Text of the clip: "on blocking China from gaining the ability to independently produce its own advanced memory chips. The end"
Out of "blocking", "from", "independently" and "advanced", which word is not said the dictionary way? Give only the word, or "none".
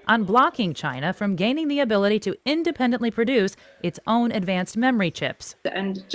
none